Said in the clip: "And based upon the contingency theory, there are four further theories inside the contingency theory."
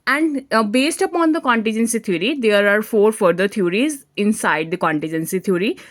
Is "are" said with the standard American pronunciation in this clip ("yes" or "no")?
yes